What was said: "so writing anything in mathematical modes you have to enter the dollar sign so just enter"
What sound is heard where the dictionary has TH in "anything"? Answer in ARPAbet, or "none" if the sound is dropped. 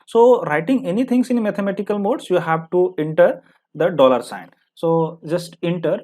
T